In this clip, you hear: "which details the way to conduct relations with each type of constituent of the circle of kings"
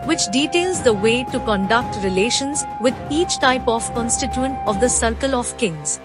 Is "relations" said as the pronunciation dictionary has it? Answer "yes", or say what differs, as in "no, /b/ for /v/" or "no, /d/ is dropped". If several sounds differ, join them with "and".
yes